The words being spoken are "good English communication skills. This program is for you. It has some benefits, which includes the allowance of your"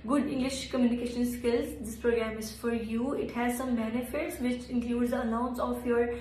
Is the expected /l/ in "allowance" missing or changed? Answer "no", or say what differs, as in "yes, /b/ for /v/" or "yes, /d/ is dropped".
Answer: yes, /n/ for /l/